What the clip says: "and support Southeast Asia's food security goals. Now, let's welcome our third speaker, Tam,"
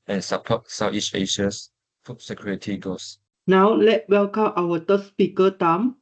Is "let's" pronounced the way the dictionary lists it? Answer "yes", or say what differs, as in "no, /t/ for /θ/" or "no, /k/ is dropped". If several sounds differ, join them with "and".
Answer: no, /s/ is dropped